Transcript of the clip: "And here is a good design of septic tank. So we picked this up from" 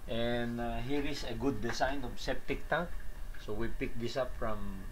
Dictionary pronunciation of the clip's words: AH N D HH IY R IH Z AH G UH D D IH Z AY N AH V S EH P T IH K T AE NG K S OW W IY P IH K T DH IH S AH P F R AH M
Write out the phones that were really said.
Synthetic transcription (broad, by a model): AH N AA HH IY R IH S AH G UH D D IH S AY N AH V S EH P T IH K T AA NG K S OW W IY P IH K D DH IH S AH P F R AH M